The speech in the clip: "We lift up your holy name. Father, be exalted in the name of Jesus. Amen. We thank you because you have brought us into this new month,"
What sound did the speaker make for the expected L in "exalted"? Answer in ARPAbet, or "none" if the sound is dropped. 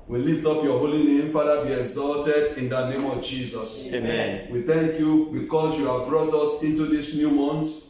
L